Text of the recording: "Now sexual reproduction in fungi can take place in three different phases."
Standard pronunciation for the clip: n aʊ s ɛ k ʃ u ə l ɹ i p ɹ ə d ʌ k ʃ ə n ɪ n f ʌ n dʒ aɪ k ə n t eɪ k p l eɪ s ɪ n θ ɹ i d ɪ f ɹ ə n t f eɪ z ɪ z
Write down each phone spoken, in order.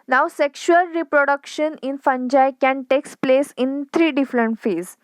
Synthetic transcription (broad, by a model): n aʊ s ɛ k ʃ u ə l ɹ i p ɹ ə d ʌ k ʃ ə n ɪ n f ʌ n dʒ aɪ k ə n t eɪ k p l eɪ s ɪ n t ɹ i d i f ɹ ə n t f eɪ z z